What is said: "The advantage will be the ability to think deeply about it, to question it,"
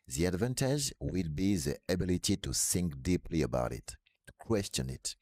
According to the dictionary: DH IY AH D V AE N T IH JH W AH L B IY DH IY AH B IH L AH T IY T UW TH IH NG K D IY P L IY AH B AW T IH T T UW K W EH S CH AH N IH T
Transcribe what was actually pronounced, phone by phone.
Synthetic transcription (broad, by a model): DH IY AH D V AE N T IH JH W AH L B IY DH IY AH B IH L AH T IY T UW S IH NG K D IY P L IY AH B AW T IH T T UW K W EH S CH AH N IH T